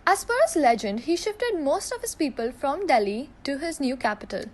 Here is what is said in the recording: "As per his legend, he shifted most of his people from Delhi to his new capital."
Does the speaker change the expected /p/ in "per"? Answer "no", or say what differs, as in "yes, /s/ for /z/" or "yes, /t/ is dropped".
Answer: yes, /f/ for /p/